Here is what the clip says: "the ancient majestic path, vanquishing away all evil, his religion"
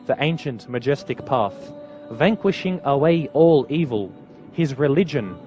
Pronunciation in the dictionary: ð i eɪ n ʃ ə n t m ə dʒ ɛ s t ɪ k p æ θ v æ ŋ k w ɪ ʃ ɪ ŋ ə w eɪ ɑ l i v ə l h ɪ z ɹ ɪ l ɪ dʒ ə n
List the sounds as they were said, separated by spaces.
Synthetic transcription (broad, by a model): ð i eɪ n ʃ ə n t m ə dʒ ɛ s t ɪ k p æ θ v æ ŋ k w ɪ ʃ ɪ ŋ ə w eɪ ɑ l i v ə l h ɪ z ɹ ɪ l ɪ dʒ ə n